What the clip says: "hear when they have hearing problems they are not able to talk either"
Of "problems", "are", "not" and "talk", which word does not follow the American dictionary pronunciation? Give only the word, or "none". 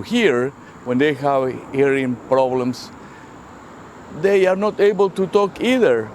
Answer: problems